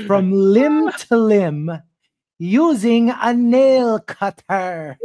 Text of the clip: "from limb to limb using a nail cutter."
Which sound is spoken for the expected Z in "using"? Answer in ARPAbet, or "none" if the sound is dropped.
Z